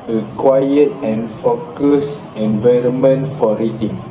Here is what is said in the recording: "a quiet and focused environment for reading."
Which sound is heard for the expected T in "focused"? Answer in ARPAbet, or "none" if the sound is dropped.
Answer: none